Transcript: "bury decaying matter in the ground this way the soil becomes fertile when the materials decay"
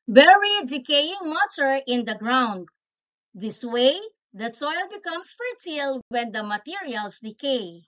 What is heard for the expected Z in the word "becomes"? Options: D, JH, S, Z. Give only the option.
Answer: S